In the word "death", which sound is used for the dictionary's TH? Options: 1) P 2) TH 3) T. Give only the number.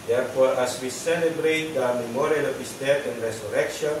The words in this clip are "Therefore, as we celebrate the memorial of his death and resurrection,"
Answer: 3